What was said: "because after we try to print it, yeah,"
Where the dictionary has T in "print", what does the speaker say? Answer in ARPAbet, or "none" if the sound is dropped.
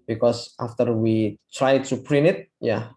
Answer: none